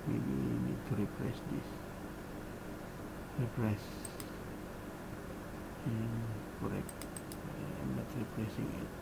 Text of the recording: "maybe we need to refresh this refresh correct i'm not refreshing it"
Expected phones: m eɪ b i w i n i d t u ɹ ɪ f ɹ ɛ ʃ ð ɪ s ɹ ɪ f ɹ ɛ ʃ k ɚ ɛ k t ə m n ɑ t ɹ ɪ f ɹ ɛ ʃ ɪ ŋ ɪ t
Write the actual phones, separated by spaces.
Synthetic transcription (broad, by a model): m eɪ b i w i n i d t u ɹ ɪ p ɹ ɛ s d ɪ s ɹ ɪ p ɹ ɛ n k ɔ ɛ k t ə m n ɑ t ɹ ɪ p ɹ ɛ s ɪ ŋ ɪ t